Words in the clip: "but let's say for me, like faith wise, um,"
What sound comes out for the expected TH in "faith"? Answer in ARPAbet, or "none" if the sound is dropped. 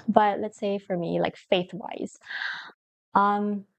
TH